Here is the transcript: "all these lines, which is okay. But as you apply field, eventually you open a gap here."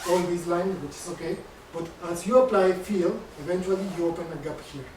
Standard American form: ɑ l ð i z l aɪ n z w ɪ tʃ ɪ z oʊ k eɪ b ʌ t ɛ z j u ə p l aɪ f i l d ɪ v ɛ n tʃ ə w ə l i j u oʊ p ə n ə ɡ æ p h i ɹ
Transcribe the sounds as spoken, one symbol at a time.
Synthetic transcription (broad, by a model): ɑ l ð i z l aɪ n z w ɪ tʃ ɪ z oʊ k eɪ b ʌ t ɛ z j u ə p l aɪ f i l ɪ v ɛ n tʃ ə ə l i j u oʊ p ə n ə ɡ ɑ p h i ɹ